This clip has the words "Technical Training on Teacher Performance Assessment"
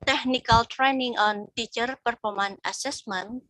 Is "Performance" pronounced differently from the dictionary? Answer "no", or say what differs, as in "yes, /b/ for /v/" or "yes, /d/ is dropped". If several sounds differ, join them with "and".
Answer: yes, /s/ is dropped